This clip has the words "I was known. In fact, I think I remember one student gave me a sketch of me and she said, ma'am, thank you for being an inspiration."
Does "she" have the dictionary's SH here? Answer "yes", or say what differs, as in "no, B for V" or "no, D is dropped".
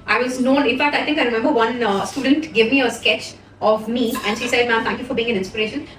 yes